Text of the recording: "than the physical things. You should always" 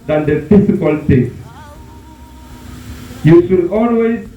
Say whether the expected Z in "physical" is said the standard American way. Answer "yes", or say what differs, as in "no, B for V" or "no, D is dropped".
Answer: no, S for Z